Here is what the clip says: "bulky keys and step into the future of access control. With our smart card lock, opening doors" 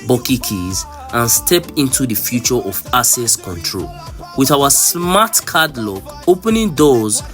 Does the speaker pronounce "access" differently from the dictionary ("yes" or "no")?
yes